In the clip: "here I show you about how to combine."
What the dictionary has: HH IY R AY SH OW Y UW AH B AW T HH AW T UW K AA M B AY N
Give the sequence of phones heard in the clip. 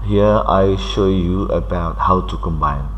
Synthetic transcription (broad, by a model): HH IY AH AY SH OW Y UW AH B AW T HH AW T UW K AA M B AY N